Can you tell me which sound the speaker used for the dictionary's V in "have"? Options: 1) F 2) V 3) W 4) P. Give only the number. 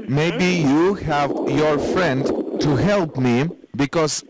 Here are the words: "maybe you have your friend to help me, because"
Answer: 2